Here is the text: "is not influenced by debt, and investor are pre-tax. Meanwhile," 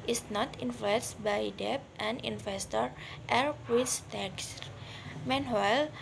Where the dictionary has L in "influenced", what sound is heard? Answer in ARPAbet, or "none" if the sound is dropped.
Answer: none